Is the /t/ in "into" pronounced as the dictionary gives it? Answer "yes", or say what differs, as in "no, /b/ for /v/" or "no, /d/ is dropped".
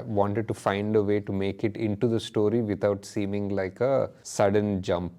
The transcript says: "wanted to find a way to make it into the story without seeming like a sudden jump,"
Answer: yes